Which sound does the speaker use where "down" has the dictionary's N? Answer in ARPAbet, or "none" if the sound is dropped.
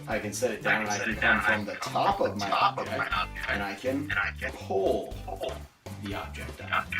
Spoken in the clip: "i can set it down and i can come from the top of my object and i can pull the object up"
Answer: none